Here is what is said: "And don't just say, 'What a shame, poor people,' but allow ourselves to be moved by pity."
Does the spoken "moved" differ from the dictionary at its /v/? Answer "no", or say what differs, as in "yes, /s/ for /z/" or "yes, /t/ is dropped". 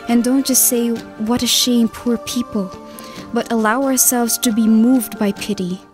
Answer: no